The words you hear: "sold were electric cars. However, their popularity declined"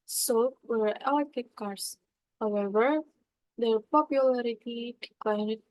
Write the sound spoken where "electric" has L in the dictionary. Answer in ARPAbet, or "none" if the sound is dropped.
none